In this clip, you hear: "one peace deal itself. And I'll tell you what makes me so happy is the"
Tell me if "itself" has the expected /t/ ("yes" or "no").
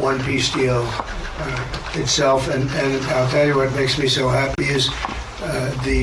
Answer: yes